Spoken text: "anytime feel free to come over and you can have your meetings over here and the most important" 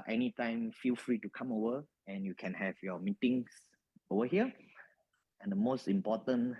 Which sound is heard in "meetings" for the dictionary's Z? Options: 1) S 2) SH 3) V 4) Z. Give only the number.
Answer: 1